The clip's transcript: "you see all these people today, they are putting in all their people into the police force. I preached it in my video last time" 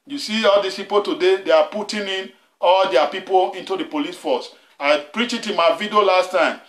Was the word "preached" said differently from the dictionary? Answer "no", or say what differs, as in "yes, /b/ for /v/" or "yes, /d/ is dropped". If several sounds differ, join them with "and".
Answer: yes, /t/ is dropped